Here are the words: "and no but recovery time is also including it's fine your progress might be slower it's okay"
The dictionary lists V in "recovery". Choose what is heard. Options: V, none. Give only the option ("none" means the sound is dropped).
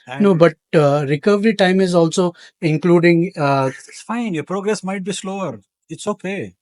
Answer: V